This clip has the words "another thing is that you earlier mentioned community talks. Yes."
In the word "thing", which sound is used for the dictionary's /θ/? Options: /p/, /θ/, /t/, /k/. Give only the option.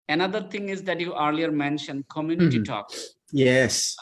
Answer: /t/